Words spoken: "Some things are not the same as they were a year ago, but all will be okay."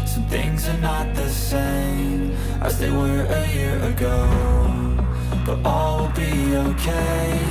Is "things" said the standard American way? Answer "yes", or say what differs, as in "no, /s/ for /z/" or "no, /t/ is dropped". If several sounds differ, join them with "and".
yes